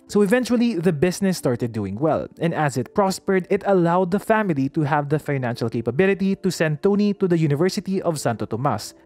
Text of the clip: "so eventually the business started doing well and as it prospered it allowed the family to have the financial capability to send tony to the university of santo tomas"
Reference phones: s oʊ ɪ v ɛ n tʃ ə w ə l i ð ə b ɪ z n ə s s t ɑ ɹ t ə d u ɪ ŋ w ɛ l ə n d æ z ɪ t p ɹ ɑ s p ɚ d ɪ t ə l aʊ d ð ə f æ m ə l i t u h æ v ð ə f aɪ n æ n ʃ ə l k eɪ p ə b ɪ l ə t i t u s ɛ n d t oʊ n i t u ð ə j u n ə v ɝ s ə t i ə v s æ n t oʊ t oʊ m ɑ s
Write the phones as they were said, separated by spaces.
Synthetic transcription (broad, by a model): s oʊ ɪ v ɛ n tʃ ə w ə l i ð ə b ɪ s n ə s s t ɑ ɹ t ə d u ɪ ŋ w ɛ l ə n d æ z ɪ t p ɹ ɑ s p ɚ d ɪ t ə l aʊ d ð ə f æ m ə l i t u h æ v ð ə f aɪ n æ n ʃ ə l k eɪ p ə b ɪ l ə t i t u s ɛ n d t oʊ n i t u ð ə j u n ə v ɝ s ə t i ə v s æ n t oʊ t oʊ m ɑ s